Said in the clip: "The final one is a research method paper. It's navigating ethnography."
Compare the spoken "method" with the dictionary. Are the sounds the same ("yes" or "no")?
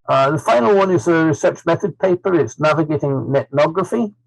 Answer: yes